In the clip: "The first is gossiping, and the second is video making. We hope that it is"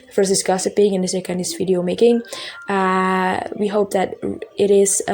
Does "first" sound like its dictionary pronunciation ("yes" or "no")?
no